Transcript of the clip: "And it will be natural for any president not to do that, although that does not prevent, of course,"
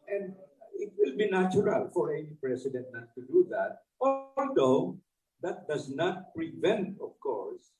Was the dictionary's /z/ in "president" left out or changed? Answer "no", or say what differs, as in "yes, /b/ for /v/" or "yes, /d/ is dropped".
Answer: yes, /s/ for /z/